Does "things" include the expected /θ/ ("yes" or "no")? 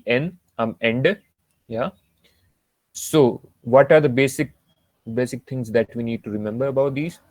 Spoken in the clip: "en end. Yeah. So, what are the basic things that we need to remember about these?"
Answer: no